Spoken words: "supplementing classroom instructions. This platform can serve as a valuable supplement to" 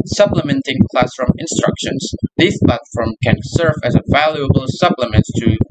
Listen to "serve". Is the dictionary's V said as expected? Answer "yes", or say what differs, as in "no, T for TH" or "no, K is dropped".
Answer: yes